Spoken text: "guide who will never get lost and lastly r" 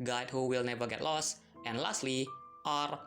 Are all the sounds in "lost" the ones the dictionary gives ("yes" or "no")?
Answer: yes